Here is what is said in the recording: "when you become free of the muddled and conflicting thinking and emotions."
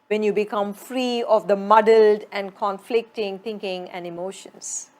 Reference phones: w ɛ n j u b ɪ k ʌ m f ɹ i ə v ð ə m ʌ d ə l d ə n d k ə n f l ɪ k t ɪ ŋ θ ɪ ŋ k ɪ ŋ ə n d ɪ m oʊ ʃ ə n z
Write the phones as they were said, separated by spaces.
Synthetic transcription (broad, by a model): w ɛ n j u b ɪ k ʌ m f ɹ i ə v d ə m ʌ d ə l d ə n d k ə n f l ɪ k t ɪ ŋ t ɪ ŋ k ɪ ŋ ə n d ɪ m oʊ ʃ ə n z